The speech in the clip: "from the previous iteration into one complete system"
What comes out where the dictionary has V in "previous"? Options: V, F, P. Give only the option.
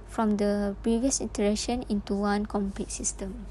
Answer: V